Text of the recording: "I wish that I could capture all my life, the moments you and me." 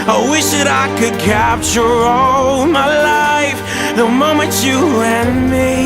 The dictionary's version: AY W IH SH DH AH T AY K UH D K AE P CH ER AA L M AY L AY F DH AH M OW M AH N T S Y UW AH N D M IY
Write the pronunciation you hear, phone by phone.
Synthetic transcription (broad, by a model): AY W IH SH DH AH T AY K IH D K AE P CH ER AA L M AY L AY F DH AH M OW M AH N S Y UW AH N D M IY